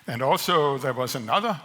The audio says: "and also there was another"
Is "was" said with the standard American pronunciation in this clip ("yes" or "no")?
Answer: yes